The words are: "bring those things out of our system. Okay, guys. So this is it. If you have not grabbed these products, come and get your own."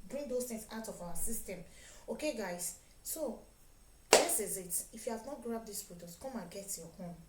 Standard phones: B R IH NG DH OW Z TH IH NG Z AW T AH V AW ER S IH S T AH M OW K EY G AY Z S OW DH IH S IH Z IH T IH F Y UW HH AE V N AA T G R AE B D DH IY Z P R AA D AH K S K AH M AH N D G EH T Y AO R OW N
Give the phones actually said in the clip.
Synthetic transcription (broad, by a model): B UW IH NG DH OW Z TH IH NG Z AW T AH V AW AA S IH S T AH M OW K EY G AY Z S OW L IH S IH Z IH T IH F Y UW HH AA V N AA T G R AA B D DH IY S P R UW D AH S K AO M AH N G EH T Y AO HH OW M